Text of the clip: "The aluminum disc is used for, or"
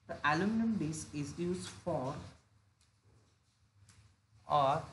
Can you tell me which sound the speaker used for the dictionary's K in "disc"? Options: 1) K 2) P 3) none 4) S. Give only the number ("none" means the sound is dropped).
3